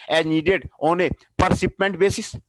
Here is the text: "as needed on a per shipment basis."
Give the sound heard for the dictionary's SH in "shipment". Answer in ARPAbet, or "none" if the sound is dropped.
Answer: S